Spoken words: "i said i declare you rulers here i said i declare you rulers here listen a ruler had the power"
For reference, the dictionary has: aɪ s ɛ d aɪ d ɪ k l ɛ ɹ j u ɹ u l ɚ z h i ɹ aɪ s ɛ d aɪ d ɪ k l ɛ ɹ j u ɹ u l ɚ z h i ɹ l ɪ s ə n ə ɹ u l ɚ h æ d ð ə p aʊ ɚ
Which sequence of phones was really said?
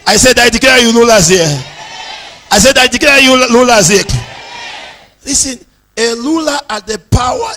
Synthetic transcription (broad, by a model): aɪ s ɛ d aɪ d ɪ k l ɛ j u l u l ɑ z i aɪ s ɛ d aɪ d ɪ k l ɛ j u l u l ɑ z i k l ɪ s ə n ə l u l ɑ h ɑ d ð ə p aʊ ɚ